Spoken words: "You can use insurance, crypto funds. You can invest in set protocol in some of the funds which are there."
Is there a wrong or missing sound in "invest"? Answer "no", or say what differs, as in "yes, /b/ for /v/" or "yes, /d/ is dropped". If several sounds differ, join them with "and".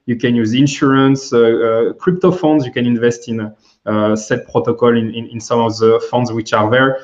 no